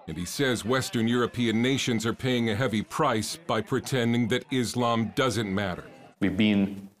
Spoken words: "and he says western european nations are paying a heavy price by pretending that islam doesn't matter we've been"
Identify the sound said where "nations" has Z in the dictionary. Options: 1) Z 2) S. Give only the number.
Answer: 1